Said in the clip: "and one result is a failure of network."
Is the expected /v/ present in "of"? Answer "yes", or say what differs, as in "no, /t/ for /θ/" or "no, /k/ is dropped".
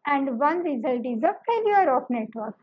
no, /p/ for /v/